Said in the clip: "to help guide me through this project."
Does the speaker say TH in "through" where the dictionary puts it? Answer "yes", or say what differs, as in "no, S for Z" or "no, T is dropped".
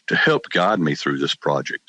yes